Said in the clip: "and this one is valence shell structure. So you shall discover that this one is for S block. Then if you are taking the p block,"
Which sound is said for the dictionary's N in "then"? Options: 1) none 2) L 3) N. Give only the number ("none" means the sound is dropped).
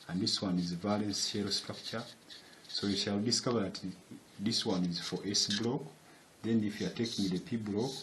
3